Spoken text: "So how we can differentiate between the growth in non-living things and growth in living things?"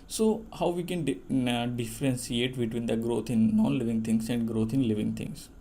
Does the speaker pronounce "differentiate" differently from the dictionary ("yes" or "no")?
yes